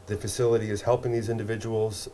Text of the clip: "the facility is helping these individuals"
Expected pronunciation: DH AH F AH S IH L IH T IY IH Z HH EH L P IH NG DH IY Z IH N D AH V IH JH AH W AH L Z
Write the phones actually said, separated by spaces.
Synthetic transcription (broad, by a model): DH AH F AH S IH L IH T IY IH Z HH EH L P IH NG DH IY Z IH N D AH V IH JH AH W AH L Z